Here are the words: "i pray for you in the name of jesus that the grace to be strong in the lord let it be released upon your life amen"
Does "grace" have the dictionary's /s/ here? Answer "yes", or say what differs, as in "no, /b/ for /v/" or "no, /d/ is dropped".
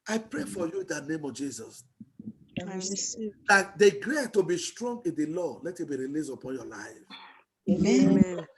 no, /s/ is dropped